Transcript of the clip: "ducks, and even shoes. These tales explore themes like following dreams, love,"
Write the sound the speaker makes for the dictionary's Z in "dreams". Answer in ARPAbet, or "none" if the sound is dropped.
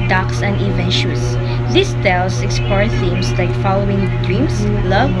S